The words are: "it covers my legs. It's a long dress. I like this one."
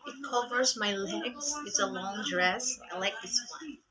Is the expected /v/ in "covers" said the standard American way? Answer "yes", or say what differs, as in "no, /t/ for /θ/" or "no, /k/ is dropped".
yes